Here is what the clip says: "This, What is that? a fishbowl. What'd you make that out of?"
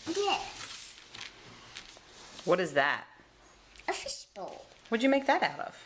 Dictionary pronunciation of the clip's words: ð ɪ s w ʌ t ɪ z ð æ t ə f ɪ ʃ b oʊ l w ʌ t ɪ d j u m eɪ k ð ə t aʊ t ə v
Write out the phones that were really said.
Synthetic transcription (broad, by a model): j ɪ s w ʌ t ɪ z ð æ t ə f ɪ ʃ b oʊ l w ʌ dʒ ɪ m eɪ k ð ə t aʊ t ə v